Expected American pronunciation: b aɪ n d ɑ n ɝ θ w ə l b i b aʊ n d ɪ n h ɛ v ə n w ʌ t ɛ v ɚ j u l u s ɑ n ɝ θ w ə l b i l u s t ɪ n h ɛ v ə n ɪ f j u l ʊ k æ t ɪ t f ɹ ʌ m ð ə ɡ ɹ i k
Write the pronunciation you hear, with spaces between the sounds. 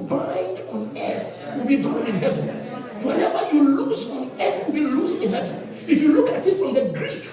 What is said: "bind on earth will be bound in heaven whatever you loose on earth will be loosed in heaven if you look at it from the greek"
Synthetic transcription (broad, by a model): b aɪ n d ɑ n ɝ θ w ə l b i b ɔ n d ɪ n h ɛ v ə n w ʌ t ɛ v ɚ j u l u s ɑ n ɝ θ w ə l b i l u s ɪ n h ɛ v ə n ɪ f j u l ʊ k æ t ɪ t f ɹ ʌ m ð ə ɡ ɹ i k